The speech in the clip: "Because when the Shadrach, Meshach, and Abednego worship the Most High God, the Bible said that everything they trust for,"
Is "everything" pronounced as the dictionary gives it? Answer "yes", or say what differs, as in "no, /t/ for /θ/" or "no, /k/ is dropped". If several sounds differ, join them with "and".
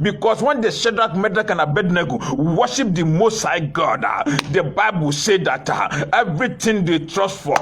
no, /t/ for /θ/